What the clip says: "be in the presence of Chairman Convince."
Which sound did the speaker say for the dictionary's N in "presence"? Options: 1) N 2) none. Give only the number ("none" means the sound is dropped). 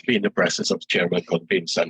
2